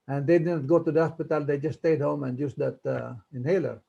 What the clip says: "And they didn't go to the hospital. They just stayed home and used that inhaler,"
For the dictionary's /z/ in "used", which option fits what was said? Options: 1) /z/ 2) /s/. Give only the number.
2